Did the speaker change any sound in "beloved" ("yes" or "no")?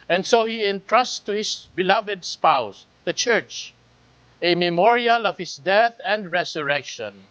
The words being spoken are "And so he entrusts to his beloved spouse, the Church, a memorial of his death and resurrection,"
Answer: no